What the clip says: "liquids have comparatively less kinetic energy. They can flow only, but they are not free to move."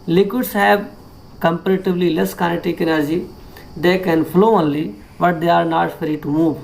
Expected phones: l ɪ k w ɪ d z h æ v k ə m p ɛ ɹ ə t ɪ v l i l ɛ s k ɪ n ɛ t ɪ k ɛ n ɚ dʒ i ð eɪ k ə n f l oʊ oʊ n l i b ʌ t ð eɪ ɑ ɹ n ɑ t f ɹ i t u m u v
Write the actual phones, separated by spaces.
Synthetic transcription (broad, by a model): l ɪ k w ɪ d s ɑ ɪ b k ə m p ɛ ɹ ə t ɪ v l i l ɛ s k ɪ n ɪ t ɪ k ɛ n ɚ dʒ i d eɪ k ə n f l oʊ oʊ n l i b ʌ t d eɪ ɑ ɹ n ɑ t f ɹ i t u m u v